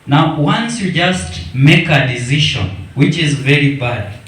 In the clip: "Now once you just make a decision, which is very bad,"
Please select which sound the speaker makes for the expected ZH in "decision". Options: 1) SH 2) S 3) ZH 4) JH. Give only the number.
1